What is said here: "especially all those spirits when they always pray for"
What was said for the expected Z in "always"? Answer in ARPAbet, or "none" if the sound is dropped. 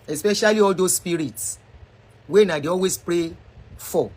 S